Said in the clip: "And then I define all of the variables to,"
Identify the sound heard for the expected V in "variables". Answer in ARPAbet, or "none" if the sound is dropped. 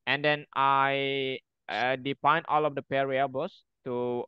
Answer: P